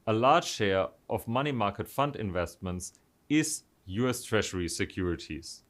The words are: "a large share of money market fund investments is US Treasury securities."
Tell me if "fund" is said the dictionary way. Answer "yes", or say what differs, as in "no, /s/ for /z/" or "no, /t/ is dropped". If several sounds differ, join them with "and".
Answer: yes